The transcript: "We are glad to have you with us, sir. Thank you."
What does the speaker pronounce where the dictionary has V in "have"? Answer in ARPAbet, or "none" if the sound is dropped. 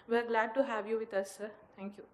V